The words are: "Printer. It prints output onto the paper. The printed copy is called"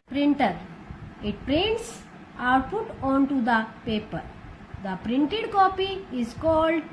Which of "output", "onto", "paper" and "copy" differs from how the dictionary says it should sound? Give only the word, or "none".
output